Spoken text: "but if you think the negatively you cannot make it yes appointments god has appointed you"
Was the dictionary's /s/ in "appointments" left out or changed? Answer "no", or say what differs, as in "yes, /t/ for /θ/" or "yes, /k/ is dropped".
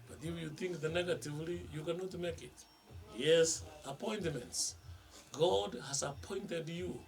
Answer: no